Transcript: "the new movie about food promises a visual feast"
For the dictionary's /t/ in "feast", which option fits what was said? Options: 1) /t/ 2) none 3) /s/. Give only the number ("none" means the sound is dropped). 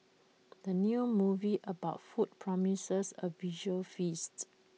1